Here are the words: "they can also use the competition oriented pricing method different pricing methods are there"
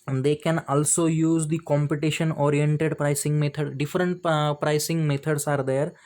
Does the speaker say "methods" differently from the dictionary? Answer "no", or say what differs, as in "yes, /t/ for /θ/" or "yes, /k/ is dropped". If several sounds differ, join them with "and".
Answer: yes, /t/ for /θ/